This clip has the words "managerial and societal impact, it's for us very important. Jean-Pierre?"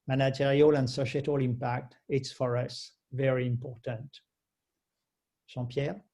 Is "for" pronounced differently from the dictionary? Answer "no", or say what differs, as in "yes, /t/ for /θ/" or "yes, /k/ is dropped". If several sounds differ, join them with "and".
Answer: no